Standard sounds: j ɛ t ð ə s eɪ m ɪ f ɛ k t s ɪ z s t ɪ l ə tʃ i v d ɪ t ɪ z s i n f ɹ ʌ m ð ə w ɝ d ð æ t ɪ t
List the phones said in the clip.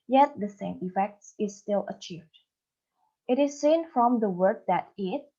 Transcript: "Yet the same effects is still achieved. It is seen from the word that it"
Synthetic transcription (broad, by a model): j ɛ t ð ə s eɪ m ɪ f ɛ k t s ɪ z s t ɪ l ə tʃ i v d ɪ t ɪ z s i n f ɹ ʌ m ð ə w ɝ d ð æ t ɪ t